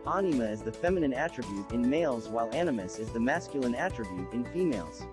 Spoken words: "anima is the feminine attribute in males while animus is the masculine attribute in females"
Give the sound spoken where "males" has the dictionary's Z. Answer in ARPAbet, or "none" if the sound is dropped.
Z